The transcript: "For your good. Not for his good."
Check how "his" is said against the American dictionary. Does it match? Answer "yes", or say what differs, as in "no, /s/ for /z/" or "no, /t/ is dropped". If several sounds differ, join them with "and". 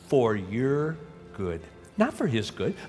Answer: yes